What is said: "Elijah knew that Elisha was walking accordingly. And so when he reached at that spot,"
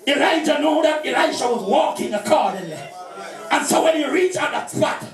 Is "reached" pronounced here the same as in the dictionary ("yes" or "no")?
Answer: no